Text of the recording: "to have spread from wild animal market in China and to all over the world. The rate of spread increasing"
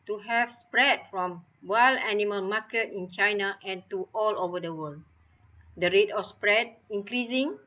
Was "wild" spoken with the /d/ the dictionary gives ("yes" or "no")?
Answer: no